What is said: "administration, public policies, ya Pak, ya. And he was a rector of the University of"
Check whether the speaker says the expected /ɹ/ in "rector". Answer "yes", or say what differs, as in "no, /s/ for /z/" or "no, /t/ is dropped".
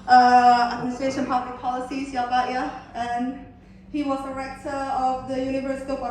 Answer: yes